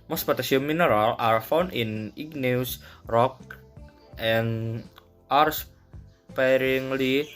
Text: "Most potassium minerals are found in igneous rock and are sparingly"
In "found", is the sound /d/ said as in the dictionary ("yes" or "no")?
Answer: no